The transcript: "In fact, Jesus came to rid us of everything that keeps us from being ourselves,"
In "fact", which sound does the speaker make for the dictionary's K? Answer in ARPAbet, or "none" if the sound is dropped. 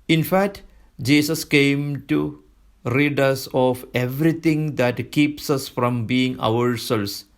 K